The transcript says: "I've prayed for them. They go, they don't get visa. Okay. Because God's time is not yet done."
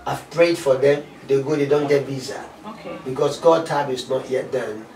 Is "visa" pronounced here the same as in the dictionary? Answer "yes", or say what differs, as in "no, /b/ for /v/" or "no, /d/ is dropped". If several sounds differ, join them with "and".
no, /b/ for /v/